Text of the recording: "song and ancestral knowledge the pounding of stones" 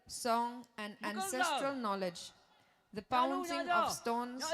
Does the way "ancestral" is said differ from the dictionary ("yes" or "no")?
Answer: no